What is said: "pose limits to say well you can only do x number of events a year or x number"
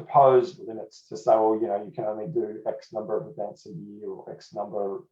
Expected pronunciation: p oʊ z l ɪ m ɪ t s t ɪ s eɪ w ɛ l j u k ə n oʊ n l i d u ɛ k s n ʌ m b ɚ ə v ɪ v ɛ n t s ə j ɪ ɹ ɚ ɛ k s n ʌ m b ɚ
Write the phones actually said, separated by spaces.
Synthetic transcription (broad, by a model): p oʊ z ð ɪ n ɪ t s t ɪ s eɪ w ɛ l j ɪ k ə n oʊ n l i d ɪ ɛ k s n ʌ m b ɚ ə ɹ ɪ v ɛ n t s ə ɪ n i ɛ k s n ʌ m b ɚ